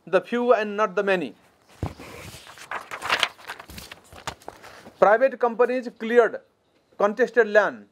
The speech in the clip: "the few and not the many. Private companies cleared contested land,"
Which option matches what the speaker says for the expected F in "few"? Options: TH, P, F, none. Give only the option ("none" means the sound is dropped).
P